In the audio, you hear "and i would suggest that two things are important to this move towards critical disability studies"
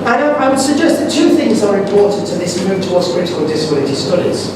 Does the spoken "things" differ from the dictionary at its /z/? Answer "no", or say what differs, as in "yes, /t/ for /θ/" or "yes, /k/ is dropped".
no